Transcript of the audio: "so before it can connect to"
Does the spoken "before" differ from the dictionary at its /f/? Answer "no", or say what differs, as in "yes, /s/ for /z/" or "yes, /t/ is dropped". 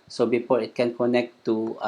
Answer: yes, /p/ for /f/